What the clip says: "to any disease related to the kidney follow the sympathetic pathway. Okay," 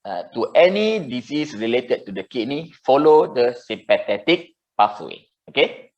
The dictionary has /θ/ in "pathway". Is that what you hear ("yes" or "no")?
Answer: no